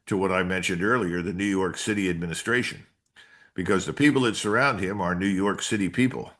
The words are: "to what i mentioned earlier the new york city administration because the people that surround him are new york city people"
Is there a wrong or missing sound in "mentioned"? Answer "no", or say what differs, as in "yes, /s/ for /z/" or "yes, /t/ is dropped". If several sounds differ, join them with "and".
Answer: no